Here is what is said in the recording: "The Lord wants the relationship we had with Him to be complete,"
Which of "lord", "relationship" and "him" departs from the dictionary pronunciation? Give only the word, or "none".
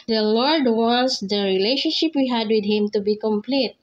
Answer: none